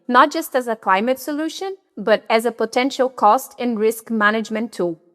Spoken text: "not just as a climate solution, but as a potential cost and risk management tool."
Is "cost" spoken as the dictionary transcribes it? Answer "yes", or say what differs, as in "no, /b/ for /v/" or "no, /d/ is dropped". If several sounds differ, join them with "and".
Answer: yes